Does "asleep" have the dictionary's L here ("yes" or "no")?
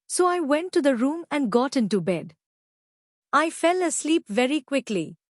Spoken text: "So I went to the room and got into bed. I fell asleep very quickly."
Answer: yes